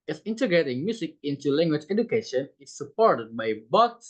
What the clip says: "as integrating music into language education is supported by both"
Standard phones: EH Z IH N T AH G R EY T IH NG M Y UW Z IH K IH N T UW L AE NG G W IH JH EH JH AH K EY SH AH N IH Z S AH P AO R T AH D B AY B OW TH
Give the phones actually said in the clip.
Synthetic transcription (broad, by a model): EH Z IH N T AH G R EY T IH NG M Y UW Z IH K IH N T UW L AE NG G W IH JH EH JH AH K EY SH AH N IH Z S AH P AO R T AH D B AY B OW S